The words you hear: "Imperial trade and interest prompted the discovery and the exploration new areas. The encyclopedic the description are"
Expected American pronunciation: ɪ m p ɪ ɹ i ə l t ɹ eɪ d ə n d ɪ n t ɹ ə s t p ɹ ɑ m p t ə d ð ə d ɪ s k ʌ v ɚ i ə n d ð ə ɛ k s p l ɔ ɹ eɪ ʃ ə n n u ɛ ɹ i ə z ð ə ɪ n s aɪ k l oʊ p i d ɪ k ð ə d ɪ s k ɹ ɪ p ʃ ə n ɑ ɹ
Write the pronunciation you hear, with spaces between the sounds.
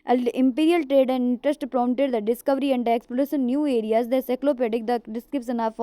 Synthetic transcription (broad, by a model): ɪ m p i ɹ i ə l t ɹ eɪ d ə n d ɪ n t ɹ ə s t p ɹ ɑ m t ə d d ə d ɪ s k ʌ v ɚ i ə n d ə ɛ k s p ɔ l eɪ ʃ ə n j u ɛ ɹ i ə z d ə s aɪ k l oʊ p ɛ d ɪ k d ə d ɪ s k ɹ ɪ p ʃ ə n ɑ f